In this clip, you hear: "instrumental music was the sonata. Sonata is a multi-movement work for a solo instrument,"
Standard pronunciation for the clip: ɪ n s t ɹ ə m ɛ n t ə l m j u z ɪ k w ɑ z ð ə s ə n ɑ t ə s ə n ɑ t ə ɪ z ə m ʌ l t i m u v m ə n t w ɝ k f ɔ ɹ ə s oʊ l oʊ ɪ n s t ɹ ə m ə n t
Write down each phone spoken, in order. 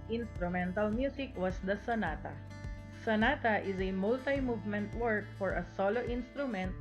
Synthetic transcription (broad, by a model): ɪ n s t ɹ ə m ɛ n t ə l m j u s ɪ k w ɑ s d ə s ə n ɑ t ə s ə n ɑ t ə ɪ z ə m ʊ l t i m u v m ə n t w ɝ k f ɔ ɹ ə s oʊ l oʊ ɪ n s t ɹ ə m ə n t